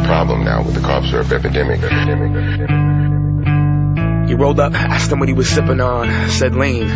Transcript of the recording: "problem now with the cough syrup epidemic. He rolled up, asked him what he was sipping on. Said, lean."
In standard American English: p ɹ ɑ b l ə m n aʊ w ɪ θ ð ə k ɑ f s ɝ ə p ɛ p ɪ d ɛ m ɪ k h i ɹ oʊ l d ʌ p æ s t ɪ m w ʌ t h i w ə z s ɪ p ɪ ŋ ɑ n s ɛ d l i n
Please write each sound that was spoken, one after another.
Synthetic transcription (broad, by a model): p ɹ ɑ b l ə m n aʊ w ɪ ð ə k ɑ p s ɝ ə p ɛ p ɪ d ɛ m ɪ k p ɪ ɹ oʊ l d ʌ p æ s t ɪ m w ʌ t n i w ə z s ɪ p ɪ ŋ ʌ n s ɛ d l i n